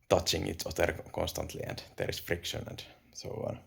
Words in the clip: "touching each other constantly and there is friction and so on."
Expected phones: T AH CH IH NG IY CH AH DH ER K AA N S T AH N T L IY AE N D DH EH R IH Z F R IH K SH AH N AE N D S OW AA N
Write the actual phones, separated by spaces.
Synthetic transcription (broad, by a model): T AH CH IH NG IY S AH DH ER K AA N S T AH N T L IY AE N D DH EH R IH S F R IH K SH AH N AE N D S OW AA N